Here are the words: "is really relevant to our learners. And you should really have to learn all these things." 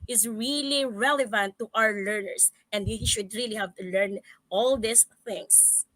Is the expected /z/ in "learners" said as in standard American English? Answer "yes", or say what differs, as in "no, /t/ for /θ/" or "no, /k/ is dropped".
no, /s/ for /z/